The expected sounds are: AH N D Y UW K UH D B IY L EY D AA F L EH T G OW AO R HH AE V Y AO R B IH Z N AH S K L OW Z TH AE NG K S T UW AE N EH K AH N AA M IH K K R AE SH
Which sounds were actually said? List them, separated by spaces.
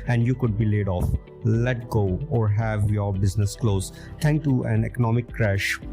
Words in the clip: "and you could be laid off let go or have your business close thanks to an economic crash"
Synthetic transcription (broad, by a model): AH N D Y UW K UH D B IY L EY D AA F L EH T G OW AO R HH AE V Y AO R B IH Z N AH S K L OW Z T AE NG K T UW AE N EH K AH N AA M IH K K R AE SH